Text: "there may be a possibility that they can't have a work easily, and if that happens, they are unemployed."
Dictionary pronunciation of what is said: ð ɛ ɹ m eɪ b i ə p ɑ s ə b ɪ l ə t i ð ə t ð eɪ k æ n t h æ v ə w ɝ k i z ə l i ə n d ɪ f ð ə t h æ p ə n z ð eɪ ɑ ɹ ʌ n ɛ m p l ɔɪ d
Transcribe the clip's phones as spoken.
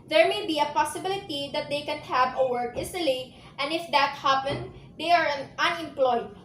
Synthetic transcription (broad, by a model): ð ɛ ɹ m eɪ b i ə p ɑ s ə b ɪ l ə t i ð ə t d eɪ k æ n h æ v ə w ɝ k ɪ s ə l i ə n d ɪ f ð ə t h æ p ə n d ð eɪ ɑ ɹ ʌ n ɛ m p l ɔɪ d